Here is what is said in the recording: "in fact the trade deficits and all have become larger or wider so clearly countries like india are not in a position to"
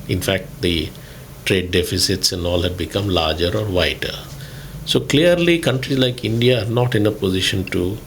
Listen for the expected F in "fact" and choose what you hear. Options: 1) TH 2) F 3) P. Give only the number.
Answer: 2